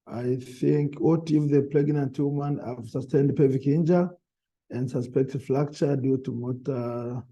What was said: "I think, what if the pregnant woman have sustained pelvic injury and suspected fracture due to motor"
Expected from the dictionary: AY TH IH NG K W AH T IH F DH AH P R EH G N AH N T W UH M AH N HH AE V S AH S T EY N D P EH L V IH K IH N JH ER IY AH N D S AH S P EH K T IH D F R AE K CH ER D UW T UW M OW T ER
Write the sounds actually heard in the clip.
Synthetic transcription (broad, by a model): AY TH IH NG K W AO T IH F DH AH P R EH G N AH N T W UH M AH N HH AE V S AH S T EY N D P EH V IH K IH N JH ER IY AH N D S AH S P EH K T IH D F L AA K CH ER D UW T UW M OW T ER